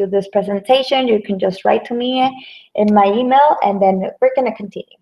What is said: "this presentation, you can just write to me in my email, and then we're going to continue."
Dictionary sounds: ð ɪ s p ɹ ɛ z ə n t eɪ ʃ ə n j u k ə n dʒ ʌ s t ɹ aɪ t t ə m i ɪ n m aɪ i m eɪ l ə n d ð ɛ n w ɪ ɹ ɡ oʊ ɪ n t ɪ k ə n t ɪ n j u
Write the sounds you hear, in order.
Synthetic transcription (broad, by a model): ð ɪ s p ɹ ɛ z ə n t eɪ ʃ ə n j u k ə n dʒ ʌ s t ɹ aɪ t t ə m i ɪ n m aɪ i m eɪ l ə n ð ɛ n w ɪ ɹ ɡ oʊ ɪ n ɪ k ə n t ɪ n j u